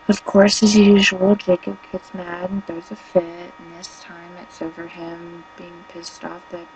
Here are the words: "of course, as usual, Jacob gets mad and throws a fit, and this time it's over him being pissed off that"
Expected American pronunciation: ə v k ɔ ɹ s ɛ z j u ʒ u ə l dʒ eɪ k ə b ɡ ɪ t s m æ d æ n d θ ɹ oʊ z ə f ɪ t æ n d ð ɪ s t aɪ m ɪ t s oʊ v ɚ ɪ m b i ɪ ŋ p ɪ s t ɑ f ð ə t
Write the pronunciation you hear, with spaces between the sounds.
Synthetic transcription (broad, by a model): ə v k ɔ ɹ s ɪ z j u ʒ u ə l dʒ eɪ k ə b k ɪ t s m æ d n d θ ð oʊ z ə f ɪ t n ð ɪ s t aɪ m ɪ t s oʊ v ɚ ɪ m b i ɪ ŋ p ɪ s t ɑ f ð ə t